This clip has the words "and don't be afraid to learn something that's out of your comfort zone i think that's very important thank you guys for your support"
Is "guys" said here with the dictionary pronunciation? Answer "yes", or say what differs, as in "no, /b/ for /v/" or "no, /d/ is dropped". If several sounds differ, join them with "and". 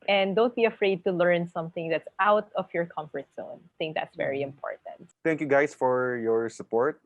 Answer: no, /s/ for /z/